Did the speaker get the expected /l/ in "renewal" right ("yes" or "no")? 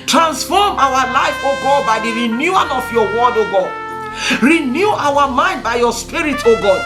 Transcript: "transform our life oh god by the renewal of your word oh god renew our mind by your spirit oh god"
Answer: no